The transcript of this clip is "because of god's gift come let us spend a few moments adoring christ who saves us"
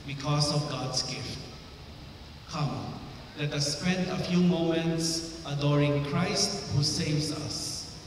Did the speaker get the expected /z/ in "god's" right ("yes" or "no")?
no